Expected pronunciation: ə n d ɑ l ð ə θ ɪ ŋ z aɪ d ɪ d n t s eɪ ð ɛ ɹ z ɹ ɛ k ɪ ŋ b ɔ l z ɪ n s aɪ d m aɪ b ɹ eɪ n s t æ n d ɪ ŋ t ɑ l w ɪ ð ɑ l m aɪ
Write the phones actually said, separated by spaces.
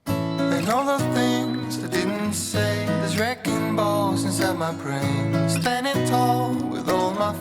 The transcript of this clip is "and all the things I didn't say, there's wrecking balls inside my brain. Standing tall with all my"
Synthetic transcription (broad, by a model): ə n ɑ l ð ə θ ɪ ŋ z aɪ d ɪ d n t s eɪ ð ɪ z ɹ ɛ k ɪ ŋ b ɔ z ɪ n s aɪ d m aɪ b ɹ eɪ n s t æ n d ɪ t ɑ l w ɪ ð ɑ l m aɪ